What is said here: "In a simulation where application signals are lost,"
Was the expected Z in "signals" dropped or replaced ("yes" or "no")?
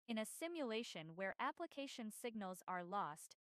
no